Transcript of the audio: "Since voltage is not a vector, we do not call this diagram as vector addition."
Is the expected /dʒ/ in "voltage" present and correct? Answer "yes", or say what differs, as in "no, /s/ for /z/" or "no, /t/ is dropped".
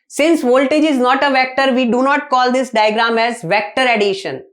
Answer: yes